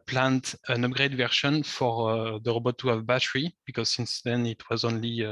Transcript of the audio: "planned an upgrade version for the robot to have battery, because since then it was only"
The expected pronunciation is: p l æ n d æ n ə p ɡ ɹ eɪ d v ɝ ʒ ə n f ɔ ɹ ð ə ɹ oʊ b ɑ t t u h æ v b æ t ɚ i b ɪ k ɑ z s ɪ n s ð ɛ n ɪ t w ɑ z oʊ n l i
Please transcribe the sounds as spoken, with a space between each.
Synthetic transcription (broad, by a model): p l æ n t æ n ə p ɡ ɹ eɪ d v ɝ ʃ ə n f ɔ ɹ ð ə ɹ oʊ b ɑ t t u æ v b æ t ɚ i b ɪ k ɑ z s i n s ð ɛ n ɪ t w ɑ z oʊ n l i